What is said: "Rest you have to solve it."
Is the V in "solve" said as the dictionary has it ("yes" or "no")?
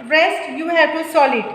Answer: no